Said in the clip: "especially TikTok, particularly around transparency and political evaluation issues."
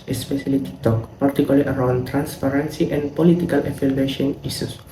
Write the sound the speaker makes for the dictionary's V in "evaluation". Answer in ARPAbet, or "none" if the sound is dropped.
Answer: F